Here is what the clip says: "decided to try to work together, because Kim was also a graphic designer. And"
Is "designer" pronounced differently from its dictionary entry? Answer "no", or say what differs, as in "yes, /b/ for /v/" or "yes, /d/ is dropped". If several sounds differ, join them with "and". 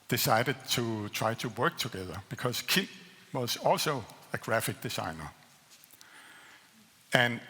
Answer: yes, /s/ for /z/